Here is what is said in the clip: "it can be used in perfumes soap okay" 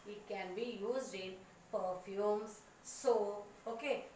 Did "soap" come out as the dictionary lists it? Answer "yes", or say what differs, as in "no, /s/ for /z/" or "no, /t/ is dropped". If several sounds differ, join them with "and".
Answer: no, /p/ is dropped